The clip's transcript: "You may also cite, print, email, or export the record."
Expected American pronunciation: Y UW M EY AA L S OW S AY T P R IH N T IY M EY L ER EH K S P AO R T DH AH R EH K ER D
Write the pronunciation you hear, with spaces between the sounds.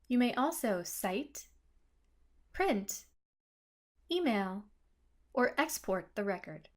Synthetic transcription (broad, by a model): Y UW M EY AA L S OW S AY T P R IH N T IY M EY L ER EH K S P AO R T DH AH R EH K ER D